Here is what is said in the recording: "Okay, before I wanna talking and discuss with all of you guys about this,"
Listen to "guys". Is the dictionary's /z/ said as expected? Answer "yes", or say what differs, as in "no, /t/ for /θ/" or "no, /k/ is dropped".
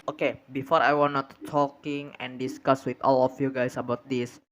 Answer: no, /s/ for /z/